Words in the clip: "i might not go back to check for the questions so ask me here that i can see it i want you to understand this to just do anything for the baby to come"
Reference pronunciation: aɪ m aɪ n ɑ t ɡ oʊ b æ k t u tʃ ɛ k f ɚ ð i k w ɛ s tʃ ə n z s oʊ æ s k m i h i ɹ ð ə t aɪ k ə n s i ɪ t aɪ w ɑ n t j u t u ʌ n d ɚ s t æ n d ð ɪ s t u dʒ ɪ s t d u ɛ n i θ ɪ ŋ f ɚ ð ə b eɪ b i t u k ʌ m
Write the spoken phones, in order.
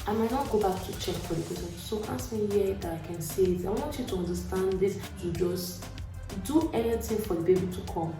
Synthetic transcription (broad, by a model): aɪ m aɪ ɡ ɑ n ɡ oʊ b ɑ k t u tʃ ɛ k f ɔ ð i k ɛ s ə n s oʊ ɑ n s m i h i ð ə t aɪ k ə n s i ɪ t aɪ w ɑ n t j u t u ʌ n d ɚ s t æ n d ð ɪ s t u dʒ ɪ s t d u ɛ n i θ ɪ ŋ f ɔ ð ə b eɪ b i t u k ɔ m